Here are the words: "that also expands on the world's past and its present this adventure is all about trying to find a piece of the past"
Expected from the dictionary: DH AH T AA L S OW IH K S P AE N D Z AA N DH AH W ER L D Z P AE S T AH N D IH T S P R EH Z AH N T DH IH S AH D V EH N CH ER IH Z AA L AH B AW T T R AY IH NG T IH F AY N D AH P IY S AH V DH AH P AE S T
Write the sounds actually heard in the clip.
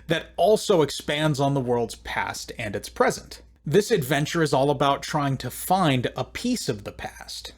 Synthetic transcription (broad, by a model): DH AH T AA L S OW IH K S P AE N D Z N DH AH W ER L D Z P AE S T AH N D IH T S P R EH Z AH N T DH IH S AH D V EH N CH ER IH Z AA L AH B AW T T R AY IH NG T IH F AY N D AH P IY S AH V DH AH P AE S T